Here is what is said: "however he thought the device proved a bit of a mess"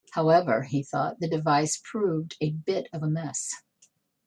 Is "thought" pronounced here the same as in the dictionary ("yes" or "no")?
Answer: yes